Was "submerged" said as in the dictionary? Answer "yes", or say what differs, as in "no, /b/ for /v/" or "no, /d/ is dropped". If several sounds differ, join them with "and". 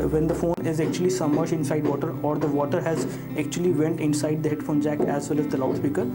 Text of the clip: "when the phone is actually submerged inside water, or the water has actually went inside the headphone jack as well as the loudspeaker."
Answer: no, /b/ is dropped